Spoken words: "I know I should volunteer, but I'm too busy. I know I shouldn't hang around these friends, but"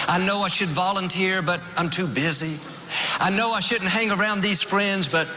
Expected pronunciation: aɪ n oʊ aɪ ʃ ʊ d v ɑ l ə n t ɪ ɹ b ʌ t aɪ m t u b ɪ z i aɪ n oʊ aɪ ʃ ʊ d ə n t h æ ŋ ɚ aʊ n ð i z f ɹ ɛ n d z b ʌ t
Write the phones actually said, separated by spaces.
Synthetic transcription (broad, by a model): aɪ n oʊ aɪ ʃ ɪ d v ɑ l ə n t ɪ ɹ b ʌ t aɪ m t u b ɪ z i aɪ n oʊ aɪ ʃ ʊ d n t h æ ŋ ɚ aʊ n ð i z f ɹ ɛ n d z b ʌ t